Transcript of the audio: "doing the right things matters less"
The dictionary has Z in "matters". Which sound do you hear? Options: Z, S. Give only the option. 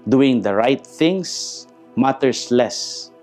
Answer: S